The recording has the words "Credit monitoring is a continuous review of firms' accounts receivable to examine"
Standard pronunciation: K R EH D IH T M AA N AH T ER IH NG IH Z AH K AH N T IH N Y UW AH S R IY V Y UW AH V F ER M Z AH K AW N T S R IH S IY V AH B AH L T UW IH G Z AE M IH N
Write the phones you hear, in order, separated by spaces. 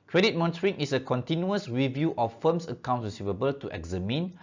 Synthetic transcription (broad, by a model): K R EH D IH T M AA N AH T ER IH NG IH S AH K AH N T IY N Y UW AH S R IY V Y UW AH F F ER M S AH K AW N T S R IH S IY V AH B AH L T UW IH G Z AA M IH N